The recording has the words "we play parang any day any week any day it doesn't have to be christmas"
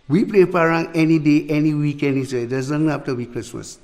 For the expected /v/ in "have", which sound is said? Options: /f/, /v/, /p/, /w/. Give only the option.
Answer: /f/